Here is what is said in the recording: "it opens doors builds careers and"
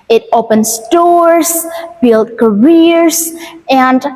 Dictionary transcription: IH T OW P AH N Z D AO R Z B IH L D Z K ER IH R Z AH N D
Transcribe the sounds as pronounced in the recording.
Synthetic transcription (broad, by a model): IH T OW P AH N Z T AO R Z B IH L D K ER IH R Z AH N D